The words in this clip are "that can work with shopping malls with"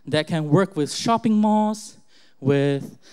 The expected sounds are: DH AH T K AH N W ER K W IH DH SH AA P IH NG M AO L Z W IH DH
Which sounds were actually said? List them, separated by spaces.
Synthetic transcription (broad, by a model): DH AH T K AH N W ER K W IH DH SH AA P IH NG M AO Z W IH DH